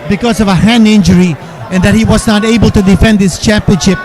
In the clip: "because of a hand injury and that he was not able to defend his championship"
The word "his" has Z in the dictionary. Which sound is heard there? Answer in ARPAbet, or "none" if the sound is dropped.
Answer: S